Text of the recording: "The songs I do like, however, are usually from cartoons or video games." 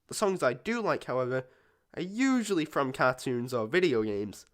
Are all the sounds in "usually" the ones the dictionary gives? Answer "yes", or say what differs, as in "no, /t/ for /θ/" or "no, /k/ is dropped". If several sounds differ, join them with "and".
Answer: yes